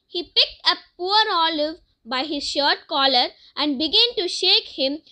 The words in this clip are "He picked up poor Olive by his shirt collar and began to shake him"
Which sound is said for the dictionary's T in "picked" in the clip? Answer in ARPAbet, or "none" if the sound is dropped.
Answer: T